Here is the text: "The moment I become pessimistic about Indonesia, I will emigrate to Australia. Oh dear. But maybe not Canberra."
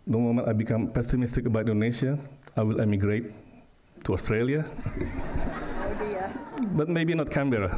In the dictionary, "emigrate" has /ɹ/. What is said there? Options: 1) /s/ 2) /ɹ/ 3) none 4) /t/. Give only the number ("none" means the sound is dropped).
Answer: 2